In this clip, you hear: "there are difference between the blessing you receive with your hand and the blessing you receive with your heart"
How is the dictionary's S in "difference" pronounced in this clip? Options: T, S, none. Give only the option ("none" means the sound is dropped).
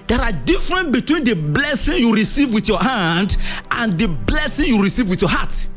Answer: none